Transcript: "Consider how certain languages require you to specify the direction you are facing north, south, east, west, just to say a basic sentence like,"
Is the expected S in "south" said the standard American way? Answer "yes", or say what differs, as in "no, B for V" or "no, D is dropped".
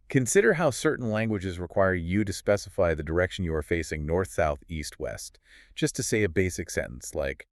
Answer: yes